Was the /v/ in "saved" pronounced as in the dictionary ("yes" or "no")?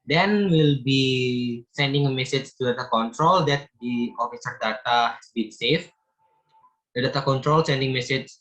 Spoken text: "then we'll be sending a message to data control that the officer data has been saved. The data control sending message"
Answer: no